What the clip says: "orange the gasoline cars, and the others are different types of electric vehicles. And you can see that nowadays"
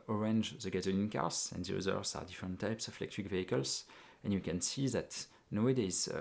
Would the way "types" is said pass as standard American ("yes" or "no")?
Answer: yes